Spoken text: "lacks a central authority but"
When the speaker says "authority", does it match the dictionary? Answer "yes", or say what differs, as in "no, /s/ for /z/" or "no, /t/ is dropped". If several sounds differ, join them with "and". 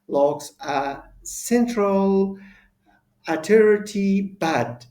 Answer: no, /t/ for /θ/